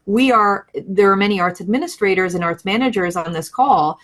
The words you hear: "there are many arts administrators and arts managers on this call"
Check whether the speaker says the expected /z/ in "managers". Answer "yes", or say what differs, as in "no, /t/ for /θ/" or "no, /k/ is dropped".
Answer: yes